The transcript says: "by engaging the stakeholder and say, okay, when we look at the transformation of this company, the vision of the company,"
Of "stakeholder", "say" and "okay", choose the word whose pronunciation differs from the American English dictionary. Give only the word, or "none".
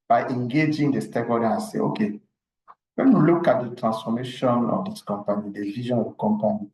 stakeholder